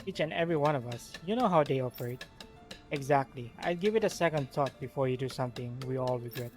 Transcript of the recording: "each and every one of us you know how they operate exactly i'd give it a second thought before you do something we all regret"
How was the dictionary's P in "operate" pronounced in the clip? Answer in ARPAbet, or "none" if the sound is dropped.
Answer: F